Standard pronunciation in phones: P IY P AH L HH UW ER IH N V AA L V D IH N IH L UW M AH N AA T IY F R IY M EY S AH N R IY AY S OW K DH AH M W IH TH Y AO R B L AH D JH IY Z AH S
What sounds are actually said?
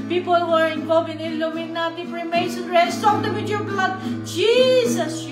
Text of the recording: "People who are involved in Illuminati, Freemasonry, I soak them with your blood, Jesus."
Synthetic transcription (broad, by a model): P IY P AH L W ER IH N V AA L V IH N IH L UW M AH N AA T IY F R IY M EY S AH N R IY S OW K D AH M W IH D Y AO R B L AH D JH IY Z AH S